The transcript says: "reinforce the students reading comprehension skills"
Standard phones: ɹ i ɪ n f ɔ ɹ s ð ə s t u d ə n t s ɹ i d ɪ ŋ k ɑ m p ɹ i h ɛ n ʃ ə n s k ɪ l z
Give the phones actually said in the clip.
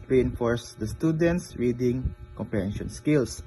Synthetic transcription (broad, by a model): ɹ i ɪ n f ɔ ɹ s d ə s t u d ə n t s ɹ i d ɪ ŋ k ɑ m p i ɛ n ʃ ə n s k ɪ l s